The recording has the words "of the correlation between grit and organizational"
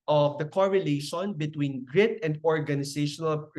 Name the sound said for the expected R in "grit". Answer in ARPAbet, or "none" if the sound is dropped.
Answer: R